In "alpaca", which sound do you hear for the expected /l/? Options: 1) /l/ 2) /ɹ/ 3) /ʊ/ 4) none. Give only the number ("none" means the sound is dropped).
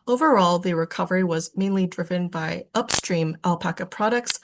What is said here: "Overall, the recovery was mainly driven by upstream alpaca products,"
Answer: 1